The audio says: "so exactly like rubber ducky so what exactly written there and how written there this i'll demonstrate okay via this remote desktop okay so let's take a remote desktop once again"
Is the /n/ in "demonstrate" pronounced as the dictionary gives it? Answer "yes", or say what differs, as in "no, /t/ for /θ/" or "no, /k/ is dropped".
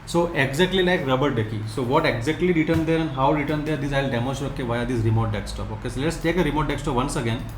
no, /n/ is dropped